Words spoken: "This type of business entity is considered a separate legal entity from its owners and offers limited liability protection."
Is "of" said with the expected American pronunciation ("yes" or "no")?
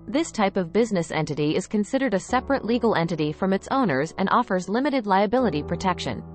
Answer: yes